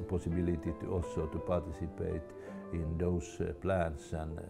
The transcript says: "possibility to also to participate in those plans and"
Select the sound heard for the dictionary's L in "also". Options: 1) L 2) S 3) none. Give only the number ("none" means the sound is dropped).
3